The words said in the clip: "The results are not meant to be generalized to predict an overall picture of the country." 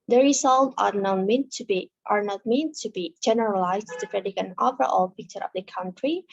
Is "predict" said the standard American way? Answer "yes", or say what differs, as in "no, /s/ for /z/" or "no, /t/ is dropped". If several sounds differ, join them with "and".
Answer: no, /t/ is dropped